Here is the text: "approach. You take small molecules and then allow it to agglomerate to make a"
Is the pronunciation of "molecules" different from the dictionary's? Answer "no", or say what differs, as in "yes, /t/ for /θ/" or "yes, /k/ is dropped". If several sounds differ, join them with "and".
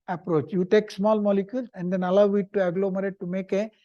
yes, /s/ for /z/